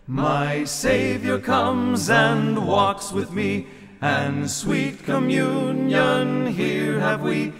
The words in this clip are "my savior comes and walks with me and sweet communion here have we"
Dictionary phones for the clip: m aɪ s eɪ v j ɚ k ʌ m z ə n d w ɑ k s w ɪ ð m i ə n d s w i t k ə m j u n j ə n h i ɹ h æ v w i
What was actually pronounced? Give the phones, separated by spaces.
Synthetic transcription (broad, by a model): m aɪ s eɪ v j ɚ k ʌ m z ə n w ɑ k s w ɪ ð m i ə n s w i t k ə m j u n j ə n h i ɹ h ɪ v w i